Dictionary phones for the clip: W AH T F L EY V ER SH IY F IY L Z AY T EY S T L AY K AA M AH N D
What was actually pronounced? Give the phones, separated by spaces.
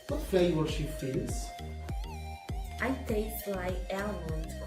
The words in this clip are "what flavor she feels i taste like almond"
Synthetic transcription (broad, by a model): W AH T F EY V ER SH IY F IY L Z AY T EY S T L AY K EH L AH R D